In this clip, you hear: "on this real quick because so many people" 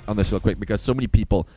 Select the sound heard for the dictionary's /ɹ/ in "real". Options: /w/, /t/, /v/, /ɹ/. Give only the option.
/w/